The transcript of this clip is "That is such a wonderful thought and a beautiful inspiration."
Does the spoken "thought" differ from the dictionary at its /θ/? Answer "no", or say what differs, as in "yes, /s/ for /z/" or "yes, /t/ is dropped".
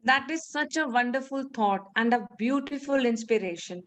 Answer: yes, /t/ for /θ/